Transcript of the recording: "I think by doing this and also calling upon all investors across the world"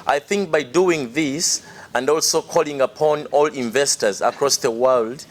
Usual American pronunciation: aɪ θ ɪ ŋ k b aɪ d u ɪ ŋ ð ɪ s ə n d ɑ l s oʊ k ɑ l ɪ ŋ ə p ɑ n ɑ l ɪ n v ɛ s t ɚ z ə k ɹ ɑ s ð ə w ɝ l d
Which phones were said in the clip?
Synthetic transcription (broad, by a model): aɪ θ ɪ ŋ k b aɪ d u ɪ ŋ ð ɪ s ə n d ɑ l s oʊ k ɑ l ɪ ŋ ə p ɑ n ɑ l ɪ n v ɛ s t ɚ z ə k ɹ ɑ s ð ə w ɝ l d